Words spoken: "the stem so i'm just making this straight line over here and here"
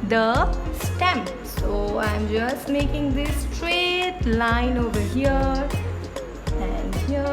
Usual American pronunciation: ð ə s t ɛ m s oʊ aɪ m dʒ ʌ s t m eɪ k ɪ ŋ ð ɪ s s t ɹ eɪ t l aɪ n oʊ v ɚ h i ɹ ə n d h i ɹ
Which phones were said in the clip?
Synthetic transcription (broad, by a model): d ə s t ɛ m s oʊ aɪ m dʒ ʌ s t m eɪ k ɪ ŋ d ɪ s s t ɹ eɪ t l aɪ n oʊ v ɚ h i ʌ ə n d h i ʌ